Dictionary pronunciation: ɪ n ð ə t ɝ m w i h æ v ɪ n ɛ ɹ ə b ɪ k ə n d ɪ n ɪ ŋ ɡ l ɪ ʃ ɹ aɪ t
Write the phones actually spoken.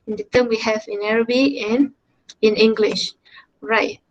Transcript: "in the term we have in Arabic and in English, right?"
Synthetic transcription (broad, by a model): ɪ n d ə t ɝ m w i h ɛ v ɪ n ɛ ɹ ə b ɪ ə n ɪ n ɪ ŋ ɡ l ɪ ʃ ɹ aɪ t